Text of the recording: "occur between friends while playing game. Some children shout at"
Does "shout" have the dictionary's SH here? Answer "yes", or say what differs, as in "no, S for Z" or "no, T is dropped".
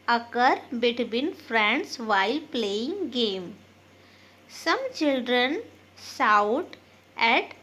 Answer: no, S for SH